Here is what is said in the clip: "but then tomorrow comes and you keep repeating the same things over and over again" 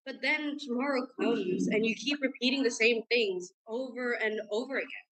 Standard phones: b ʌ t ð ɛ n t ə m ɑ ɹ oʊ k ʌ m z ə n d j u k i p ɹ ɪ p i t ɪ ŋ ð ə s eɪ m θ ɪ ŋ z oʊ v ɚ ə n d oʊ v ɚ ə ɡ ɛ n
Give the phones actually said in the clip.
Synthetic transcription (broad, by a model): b ʌ t ð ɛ n t ə m ɑ ɹ oʊ k ʌ m z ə n j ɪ k i p ɹ ɪ p i t ɪ ŋ ð ə s eɪ m θ ɪ ŋ z oʊ v ɚ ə n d oʊ v ɚ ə ɡ ɛ n